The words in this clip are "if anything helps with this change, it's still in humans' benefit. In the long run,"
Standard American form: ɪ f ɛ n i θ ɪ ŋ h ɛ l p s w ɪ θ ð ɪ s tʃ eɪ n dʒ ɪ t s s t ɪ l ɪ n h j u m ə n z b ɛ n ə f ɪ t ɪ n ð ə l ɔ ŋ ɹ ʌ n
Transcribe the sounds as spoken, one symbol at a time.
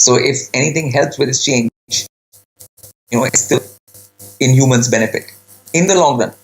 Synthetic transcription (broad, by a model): ɪ f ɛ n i t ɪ ŋ h ɛ l p s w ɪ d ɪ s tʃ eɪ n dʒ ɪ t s s t ɪ l ɪ n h j u m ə n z b ɛ n ə f ɪ t ɪ n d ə l ɔ ŋ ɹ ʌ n